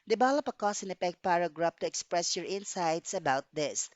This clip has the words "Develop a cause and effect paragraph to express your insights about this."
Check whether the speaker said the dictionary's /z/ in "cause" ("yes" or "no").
no